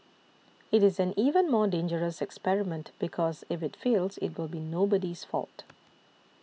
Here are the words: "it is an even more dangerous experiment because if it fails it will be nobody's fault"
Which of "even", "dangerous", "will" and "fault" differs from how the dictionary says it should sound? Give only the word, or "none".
none